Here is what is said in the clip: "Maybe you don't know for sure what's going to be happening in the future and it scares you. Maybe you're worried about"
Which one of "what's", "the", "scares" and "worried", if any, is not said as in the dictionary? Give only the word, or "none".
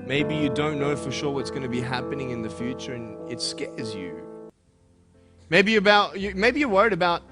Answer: none